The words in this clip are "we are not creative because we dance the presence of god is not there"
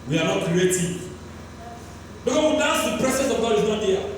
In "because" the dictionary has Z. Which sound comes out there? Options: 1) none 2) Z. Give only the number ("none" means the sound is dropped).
1